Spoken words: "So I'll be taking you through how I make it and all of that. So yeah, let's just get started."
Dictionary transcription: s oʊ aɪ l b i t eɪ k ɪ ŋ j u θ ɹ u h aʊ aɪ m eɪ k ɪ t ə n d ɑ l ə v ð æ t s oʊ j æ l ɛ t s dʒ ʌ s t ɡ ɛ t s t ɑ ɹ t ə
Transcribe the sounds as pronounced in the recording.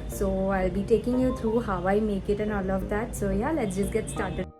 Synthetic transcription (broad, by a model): s oʊ aɪ l b i t eɪ k ɪ ŋ j u t ɹ u h aʊ aɪ m eɪ k ɪ t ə n ɑ l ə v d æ t s oʊ j æ l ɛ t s dʒ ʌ s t ɡ ɛ t s t ɑ ɹ t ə